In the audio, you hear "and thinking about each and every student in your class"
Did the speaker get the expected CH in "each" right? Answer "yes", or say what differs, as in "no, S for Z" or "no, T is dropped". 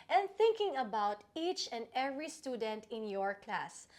yes